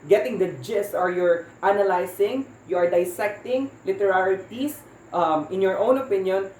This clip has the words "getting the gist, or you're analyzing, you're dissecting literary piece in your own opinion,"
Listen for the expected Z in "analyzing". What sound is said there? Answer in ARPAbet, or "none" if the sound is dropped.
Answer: S